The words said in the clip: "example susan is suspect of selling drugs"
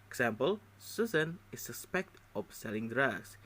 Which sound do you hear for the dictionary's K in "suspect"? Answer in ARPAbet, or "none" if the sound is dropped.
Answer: K